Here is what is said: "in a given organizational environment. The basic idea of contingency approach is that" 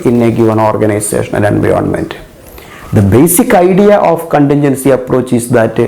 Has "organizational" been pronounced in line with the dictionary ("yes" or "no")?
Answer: no